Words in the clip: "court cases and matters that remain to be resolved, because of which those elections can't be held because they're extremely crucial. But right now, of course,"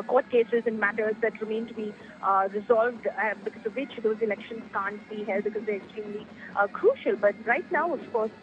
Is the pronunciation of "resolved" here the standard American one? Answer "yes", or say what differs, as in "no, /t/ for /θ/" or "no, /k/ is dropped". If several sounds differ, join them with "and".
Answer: yes